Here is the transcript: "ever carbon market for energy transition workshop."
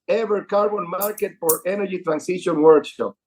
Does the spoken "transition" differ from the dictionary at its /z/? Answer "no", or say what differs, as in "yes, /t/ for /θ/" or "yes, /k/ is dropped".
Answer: yes, /s/ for /z/